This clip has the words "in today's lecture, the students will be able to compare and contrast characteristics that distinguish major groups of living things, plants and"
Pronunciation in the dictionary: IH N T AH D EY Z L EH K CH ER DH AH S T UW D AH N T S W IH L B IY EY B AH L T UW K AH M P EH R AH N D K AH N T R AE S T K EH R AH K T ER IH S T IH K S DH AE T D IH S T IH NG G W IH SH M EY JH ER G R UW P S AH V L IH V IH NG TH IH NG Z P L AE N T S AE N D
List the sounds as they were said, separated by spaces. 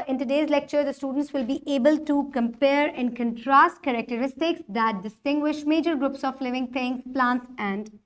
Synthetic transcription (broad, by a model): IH N T AH D EY Z L EH K CH ER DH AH S T UW D AH N T S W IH L B IY EY B AH L T UW K AH M P EH R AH N K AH N T R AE S T K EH R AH K T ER IH S T IH K S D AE T D IH S T IH NG G W IH SH M EY JH ER G R UW P S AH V L IH V IH NG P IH NG P L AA N T S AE N D